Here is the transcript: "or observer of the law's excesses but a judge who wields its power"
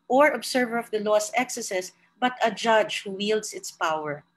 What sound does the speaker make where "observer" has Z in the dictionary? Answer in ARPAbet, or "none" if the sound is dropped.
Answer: S